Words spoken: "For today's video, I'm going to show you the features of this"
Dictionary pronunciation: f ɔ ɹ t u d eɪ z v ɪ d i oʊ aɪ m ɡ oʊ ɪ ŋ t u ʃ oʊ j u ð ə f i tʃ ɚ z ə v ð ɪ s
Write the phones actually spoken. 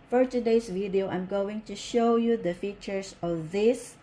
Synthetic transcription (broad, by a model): f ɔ ɹ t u d eɪ s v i d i oʊ aɪ m ɡ oʊ ɪ ŋ t u ʃ oʊ j u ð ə f i tʃ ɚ s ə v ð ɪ s